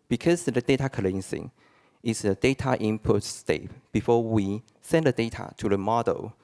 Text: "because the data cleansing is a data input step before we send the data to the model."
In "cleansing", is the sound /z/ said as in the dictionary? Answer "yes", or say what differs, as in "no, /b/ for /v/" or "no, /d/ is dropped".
no, /s/ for /z/